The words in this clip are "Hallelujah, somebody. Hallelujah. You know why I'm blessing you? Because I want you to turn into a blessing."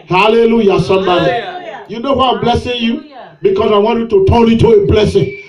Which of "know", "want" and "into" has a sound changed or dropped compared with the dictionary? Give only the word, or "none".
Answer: into